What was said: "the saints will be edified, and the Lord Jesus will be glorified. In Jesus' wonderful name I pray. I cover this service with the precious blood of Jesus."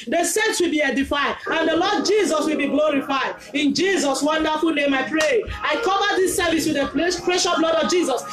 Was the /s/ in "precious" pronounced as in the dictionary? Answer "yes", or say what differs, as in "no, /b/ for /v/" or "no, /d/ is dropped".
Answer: no, /s/ is dropped